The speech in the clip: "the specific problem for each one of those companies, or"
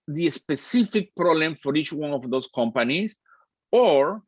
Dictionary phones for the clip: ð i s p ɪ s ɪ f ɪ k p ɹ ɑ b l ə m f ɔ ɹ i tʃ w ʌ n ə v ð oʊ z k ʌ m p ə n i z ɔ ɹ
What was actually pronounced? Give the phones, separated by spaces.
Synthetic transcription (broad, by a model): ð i s p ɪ s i f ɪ k p ɹ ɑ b l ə m f ɔ ɹ i tʃ w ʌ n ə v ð oʊ s k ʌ m p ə n i s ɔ ɹ